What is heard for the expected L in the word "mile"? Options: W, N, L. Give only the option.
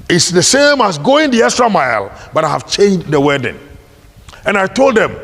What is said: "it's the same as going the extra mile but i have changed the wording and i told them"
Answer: L